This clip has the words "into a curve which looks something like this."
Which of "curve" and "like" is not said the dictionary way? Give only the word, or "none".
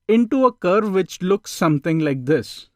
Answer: none